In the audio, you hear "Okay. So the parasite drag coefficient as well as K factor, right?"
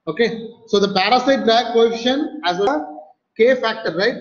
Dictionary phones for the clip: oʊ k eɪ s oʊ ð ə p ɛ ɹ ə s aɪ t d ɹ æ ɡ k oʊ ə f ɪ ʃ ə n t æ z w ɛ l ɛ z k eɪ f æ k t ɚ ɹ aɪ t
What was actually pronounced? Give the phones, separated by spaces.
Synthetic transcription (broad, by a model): oʊ k eɪ s oʊ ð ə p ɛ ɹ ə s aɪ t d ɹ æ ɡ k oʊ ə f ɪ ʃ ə n æ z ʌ k eɪ f æ k t ɚ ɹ aɪ t